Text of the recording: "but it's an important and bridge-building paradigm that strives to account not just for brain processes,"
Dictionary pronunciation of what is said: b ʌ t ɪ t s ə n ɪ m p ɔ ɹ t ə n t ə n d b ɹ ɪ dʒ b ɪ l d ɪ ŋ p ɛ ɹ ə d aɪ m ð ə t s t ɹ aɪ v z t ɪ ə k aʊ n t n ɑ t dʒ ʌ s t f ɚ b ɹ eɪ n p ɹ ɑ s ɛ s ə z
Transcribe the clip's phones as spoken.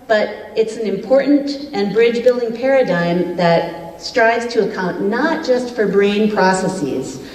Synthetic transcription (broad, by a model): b ʌ t ɪ t s n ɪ m p ɔ ɹ t n t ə n b ɹ ɪ dʒ b ɪ l d ɪ ŋ p ɛ ɹ ə d aɪ m ð ə t s t ɹ aɪ v z t ɪ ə k aʊ n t n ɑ t dʒ ʌ s t f ɚ b ɹ eɪ n p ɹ ɑ s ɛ s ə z